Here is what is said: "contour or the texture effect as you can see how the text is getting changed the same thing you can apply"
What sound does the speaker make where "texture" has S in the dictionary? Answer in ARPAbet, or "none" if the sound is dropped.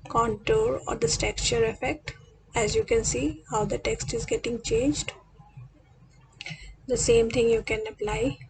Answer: none